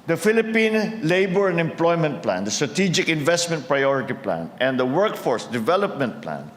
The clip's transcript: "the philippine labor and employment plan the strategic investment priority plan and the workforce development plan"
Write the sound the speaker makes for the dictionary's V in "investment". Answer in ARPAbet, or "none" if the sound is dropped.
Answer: V